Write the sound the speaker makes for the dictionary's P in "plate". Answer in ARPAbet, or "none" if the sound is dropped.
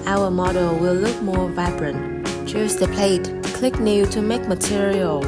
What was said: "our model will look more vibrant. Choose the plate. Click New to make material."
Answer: P